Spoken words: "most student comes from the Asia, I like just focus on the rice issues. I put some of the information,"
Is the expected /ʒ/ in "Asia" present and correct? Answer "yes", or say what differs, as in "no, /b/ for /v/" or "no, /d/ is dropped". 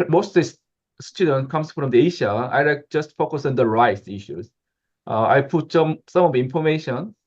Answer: no, /ʃ/ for /ʒ/